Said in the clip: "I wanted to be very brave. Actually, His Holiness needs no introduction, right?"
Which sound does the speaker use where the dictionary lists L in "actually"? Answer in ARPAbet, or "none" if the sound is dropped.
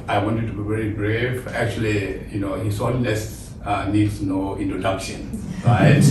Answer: L